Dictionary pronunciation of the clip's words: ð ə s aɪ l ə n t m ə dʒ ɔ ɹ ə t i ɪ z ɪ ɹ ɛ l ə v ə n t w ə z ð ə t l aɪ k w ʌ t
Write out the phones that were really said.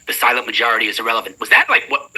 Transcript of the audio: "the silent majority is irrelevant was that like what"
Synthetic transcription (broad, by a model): ð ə s aɪ l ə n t m ə dʒ ɔ ɹ ə t i ɪ z ɪ ɹ ɛ l ə v ə n t w ə z ð ə t l aɪ k w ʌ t